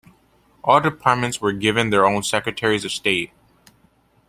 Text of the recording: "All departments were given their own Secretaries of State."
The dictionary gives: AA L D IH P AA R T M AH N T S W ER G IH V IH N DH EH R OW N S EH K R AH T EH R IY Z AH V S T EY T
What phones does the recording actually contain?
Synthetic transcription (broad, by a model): AA L D IH P AA R T M AH N T S W ER G IH V IH N DH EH R OW N S EH K R AH T EH R IY Z AH V S T EY T